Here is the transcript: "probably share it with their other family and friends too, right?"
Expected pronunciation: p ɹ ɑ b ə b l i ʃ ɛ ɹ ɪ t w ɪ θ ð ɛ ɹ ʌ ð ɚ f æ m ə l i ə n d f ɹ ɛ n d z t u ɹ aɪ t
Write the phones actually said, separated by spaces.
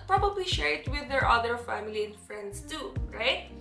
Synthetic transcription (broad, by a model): p ɹ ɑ b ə b l i ʃ ɛ ɹ ɪ t w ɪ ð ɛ ɹ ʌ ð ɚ f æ m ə l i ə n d f ɹ ɛ n d s t u ɹ aɪ t